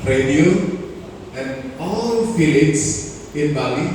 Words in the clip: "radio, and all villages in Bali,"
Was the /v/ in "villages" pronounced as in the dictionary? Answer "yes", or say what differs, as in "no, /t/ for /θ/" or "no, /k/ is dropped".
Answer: no, /f/ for /v/